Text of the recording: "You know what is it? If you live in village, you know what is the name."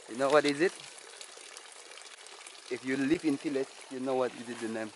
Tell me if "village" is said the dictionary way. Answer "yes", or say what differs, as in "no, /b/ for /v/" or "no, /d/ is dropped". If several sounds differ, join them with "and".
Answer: no, /f/ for /v/